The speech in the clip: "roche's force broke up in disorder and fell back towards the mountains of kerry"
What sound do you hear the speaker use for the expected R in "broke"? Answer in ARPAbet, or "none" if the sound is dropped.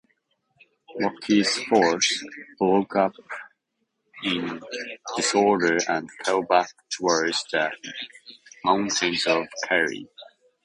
L